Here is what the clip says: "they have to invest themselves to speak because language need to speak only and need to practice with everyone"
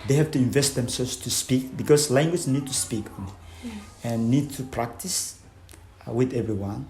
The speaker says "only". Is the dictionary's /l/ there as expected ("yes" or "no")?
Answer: no